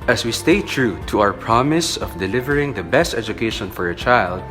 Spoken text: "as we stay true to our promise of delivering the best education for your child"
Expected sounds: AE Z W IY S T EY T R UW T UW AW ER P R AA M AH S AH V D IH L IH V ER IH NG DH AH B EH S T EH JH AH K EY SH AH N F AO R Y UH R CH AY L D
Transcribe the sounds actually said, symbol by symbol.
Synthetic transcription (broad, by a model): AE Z W IY S T EY T R UW T UW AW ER P R AA M AH S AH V D IH L IH V ER IH NG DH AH B EH S T EH JH AH K EY SH AH N F AO R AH CH AY L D